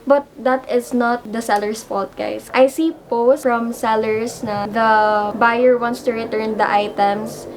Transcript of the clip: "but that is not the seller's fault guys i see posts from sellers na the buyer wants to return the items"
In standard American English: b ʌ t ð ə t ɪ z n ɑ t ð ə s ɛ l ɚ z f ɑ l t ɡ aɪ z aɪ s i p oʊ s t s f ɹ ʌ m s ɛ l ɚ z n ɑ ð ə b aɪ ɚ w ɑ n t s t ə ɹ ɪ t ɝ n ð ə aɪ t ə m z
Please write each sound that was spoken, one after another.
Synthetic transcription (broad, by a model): b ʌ t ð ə t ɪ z n ɑ t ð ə s ɛ l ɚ s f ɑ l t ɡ aɪ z aɪ s i p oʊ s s f ɹ ʌ m s ɛ l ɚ s n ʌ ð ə b aɪ ɚ w ɑ n t s t ə ɹ ɪ t ɝ n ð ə aɪ t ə m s